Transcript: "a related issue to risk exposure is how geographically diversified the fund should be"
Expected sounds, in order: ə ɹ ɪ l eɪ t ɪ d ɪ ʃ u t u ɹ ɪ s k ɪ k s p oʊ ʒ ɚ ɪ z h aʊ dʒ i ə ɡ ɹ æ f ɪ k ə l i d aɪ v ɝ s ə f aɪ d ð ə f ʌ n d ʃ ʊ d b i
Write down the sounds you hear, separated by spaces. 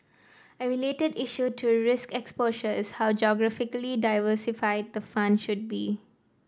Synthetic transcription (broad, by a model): ə ɹ ɪ l eɪ t ɪ d ɪ ʃ u t u ɹ ɪ s k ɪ k s p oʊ ʃ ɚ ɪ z h aʊ dʒ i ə ɡ ɹ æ f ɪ k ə l i d aɪ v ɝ s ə f aɪ d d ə f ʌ n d ʃ ʊ d b i